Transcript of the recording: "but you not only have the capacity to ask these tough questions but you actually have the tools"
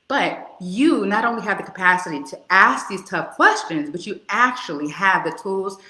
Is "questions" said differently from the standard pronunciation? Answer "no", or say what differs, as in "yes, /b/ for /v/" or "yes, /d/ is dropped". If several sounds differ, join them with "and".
no